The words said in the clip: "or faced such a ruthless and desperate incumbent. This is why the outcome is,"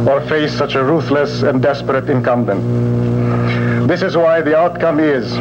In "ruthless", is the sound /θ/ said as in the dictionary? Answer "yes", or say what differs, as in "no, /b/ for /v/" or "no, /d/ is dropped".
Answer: yes